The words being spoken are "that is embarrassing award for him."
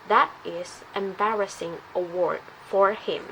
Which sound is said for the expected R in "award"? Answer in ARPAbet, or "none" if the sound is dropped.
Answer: R